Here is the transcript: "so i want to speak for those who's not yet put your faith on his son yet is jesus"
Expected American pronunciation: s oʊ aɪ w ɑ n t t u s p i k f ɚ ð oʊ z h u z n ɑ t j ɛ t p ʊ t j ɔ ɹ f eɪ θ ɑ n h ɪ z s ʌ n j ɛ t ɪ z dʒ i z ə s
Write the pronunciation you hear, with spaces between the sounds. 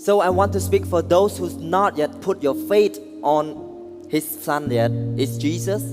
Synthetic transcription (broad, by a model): s oʊ aɪ w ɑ n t t u s p i k f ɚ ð oʊ s h u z n ɑ t j ɛ t p ʊ t j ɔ f eɪ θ ɑ n h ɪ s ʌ n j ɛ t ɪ s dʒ i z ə s